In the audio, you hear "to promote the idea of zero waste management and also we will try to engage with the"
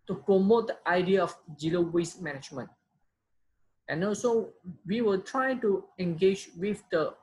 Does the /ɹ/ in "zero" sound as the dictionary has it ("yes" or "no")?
no